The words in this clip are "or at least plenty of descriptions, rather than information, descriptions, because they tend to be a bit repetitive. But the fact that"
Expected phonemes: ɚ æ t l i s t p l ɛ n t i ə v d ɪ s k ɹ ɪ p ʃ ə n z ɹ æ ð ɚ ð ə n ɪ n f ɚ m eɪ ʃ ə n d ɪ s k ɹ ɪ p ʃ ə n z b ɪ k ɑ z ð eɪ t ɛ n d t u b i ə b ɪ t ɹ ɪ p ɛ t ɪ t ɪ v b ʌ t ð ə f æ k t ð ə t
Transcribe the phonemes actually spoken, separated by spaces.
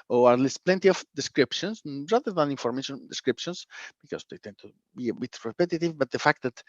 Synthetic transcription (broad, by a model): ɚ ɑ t l i s t p l ɛ n t i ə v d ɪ s k ɹ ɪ p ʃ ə n s ɹ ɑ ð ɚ ð ə n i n f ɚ m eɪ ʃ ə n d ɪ s k ɹ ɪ p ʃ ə n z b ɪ k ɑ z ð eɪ t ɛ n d t u b i ə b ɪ t ɹ ɪ p ɛ t ɪ t ɪ v b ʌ t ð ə f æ k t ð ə t